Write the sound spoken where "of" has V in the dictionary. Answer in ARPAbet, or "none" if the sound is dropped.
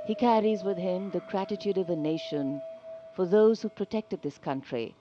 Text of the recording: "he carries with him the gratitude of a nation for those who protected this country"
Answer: V